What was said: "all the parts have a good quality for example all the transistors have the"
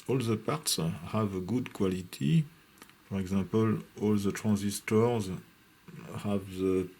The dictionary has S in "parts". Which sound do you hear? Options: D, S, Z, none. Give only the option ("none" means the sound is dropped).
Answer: S